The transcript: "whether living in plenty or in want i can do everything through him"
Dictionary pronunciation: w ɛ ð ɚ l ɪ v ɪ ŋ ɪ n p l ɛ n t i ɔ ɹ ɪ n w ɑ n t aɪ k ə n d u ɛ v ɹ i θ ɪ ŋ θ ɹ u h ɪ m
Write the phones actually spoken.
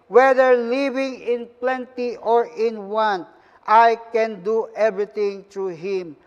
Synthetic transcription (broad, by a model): w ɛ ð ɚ l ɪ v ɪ ŋ ɪ n p l ɛ n t i ɔ ɹ ɪ n w ɑ n t aɪ k ə n d u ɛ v ɹ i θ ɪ ŋ t ɹ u h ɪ m